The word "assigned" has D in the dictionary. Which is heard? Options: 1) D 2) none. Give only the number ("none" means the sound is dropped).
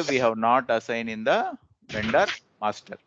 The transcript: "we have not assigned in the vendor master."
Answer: 2